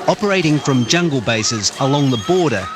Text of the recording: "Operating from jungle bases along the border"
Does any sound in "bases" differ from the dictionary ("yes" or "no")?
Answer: no